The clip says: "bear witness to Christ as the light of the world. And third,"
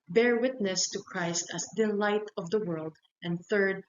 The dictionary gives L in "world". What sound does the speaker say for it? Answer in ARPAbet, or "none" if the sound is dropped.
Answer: L